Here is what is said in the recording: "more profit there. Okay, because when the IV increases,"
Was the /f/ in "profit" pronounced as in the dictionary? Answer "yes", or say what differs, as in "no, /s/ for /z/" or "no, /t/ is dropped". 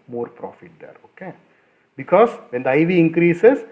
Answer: yes